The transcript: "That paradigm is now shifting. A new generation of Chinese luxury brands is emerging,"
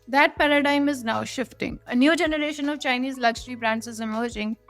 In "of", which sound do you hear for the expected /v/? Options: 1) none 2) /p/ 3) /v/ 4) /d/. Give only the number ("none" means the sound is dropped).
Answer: 3